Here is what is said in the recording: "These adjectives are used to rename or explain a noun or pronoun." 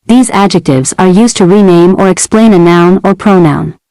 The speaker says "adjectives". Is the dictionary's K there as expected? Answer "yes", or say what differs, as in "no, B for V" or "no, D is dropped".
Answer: yes